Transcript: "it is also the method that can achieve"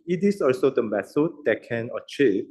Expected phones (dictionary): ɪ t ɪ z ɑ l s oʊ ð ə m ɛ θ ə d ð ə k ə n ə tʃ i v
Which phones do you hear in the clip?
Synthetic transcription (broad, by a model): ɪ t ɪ s ɑ l s oʊ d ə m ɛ s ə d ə k ə n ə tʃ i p